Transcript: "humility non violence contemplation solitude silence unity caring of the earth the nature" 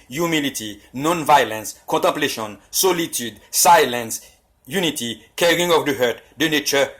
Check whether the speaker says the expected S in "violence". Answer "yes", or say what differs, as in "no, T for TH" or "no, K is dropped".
yes